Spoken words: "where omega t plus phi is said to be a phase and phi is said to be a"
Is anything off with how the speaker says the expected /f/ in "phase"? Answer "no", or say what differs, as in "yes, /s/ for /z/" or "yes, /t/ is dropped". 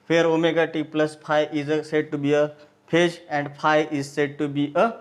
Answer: yes, /p/ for /f/